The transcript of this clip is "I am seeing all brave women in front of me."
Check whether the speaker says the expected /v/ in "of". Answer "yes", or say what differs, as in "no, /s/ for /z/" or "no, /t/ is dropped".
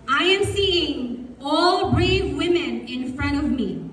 yes